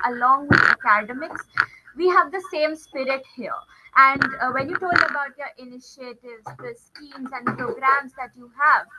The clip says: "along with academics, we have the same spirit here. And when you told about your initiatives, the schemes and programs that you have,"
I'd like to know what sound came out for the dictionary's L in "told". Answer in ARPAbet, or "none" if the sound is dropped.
L